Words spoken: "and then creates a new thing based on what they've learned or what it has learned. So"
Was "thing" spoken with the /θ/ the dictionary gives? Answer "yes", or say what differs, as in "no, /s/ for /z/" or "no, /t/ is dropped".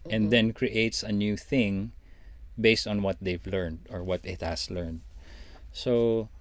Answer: yes